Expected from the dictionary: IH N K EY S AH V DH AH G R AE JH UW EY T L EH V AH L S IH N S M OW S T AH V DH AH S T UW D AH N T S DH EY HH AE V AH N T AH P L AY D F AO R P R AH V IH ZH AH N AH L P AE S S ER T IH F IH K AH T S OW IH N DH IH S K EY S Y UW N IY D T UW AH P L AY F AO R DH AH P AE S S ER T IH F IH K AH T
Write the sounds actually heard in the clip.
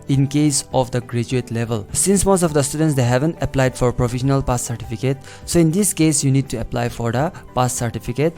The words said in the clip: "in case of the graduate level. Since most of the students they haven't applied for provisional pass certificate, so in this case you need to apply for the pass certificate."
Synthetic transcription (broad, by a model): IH N K EY S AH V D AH G R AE JH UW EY T L EH V AH L S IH N S M OW S T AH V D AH S T UW D AH N T S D EY HH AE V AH N T AH P L AY D F AO R P R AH F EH SH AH N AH L P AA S S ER T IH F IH K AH T S OW IH N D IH S K EY S Y UW N IY D T UW AH P L AY F AO R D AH P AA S S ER T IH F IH K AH T